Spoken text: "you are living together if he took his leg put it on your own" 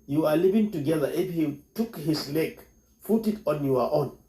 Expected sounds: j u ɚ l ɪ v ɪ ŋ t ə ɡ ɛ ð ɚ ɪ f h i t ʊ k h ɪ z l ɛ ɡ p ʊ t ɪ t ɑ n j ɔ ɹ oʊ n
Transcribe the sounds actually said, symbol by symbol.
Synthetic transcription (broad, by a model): j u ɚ l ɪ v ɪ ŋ t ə ɡ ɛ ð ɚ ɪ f h i t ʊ k h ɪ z l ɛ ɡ f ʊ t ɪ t ɑ n j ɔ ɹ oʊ n